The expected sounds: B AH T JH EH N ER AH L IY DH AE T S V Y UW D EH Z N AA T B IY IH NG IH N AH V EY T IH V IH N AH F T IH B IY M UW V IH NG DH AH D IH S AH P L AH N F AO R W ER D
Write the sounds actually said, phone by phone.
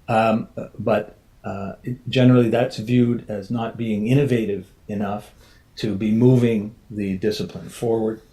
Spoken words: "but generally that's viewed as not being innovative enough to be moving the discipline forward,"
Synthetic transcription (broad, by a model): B AH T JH EH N ER L IY DH AE T S V Y UW D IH Z N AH T B IY IH NG IH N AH V EY T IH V IH N AH F T IH B IY M UW V IH NG DH AH D IH S AH P L AH N F AO R W ER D